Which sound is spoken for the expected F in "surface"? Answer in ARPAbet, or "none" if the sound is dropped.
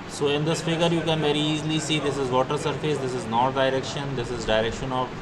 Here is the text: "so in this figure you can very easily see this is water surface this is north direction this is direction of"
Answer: F